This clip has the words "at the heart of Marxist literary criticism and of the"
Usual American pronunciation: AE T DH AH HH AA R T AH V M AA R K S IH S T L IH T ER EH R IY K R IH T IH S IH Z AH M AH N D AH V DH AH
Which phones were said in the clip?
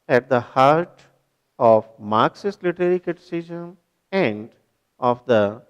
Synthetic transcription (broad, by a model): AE T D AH HH AA R T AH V M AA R K S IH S L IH T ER R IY K IH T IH S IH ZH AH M AH N D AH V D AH